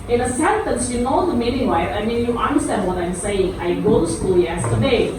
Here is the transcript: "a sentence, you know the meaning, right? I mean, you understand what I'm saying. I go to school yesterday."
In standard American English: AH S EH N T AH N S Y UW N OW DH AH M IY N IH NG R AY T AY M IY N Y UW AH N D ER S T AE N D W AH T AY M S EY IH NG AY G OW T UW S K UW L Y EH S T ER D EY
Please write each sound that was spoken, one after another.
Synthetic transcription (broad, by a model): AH S EH N T AH N S Y UW N OW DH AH M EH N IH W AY AY M IY N Y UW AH N D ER S T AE N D W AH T AY M S EY IH NG AY G OW T UW S K UW L Y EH S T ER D EY